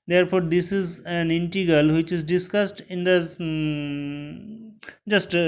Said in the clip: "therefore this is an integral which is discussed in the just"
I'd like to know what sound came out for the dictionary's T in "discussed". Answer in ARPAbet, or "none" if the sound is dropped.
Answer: T